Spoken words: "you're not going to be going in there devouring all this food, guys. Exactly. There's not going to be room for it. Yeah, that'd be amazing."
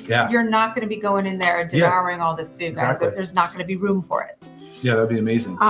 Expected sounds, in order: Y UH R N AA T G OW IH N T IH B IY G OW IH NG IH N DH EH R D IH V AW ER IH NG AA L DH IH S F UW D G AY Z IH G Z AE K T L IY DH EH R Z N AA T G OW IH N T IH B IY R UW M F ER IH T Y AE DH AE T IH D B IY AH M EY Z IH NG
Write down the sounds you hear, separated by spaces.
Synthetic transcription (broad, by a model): Y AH R N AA T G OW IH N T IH B IY G OW IH NG IH N DH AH R D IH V AW ER IH NG AA L DH IH S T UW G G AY IH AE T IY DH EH R Z N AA T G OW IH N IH B IY R UW M F ER IH T Y AE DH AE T B IY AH M EY Z IH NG